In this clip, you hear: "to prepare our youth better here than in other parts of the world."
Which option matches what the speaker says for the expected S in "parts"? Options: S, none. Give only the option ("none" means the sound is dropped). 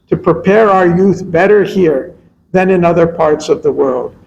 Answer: S